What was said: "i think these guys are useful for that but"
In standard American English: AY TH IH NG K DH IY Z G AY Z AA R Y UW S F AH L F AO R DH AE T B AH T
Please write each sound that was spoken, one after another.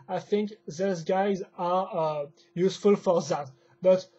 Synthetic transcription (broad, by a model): AY TH IH NG K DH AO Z G AY Z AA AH Y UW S F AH L F AO R DH AE T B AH T